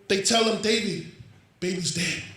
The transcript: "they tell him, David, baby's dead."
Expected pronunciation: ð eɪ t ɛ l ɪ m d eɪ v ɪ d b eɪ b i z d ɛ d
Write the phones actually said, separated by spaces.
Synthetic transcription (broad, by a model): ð eɪ t ɛ l ɪ m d eɪ b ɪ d b eɪ b i z d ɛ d